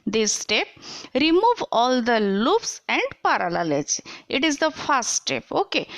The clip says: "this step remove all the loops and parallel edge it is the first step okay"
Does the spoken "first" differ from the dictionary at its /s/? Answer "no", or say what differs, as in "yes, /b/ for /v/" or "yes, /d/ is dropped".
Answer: yes, /s/ is dropped